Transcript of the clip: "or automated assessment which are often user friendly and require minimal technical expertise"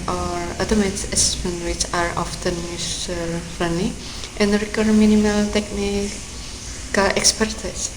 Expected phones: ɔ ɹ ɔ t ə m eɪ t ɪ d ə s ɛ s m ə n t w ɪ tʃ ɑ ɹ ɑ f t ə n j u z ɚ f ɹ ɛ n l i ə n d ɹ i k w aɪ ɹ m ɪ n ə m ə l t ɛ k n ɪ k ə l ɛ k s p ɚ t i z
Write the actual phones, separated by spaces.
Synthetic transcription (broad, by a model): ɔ ɹ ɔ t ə m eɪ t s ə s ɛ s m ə n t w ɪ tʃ ɑ ɹ ɑ f t ə n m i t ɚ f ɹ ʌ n i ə n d ɹ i k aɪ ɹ m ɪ n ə m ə l t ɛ k n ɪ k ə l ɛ k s p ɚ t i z